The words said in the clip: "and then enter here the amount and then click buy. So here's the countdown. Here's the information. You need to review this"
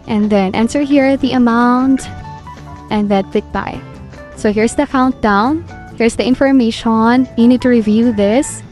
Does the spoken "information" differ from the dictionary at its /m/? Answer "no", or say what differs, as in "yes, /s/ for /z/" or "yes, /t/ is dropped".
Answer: no